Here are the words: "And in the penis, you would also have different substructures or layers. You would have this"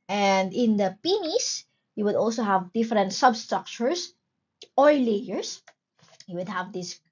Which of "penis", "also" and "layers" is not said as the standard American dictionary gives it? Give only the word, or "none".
layers